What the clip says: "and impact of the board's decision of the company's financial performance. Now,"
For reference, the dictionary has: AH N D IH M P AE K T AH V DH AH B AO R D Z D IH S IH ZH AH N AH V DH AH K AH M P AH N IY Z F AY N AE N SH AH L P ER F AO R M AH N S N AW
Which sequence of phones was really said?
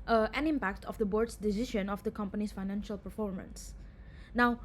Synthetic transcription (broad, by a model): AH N IH M P AE K T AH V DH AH B AO R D S D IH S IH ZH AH N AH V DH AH K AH M P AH N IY S F AY N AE N SH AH L P ER F AO R M AH N S N AW